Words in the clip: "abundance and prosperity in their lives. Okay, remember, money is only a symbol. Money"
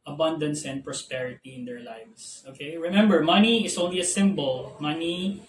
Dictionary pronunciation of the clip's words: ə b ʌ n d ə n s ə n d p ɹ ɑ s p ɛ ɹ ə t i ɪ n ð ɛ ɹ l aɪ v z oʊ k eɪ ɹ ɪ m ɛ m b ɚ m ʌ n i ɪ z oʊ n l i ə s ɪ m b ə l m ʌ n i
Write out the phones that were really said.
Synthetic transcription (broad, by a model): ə b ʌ n d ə n s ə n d p ɹ ɑ s p ɛ ɹ ə t i ɪ n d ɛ ɹ l aɪ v s oʊ k eɪ ɹ ɪ m ɛ m b ɚ m ʌ n i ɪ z oʊ n l i ə s ɪ m b ə l m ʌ n i